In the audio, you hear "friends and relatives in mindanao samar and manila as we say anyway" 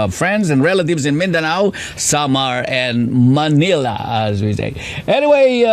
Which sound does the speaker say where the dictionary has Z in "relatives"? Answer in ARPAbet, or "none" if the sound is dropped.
Z